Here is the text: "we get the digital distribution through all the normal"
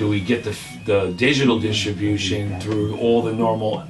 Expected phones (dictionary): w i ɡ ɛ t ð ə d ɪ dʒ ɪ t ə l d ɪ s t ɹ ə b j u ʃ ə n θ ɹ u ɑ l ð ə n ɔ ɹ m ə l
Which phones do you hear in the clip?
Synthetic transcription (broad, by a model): w i ɡ ɛ t ð ə d ɪ dʒ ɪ t l d ɪ s t ɹ ə b j u ʃ ə n θ ɹ u ɑ l ð ə n ɔ ɹ m l